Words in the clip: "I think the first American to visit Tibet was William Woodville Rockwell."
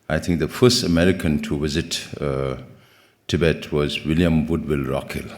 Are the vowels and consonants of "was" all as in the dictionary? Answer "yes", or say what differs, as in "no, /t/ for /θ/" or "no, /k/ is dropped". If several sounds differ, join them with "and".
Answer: yes